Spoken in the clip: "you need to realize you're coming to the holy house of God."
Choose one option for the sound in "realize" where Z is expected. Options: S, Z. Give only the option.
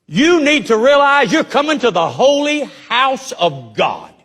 Z